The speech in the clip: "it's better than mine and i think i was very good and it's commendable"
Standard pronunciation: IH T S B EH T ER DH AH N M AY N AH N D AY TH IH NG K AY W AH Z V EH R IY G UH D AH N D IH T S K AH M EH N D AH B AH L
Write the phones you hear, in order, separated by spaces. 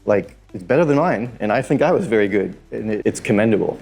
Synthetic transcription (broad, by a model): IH T S B EH T ER DH AH N M AY N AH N AY TH IH NG K AY W AH Z V EH R IY G UH D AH N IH IH T S K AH M EH N D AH B L